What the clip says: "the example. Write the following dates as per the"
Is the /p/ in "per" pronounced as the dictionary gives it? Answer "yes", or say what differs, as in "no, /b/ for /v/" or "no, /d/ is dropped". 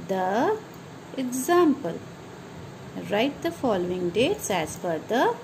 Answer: no, /f/ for /p/